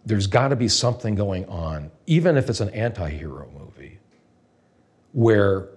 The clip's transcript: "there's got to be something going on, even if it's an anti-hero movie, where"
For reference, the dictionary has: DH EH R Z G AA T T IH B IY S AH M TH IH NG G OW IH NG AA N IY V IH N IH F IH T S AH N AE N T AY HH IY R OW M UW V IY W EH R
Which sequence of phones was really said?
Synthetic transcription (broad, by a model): DH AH R Z G AA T T IH B IY S AH M TH IH NG G OW IH NG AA N IY V IH N IH F IH T S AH N AE N T AY HH IY R OW M UW V IY W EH R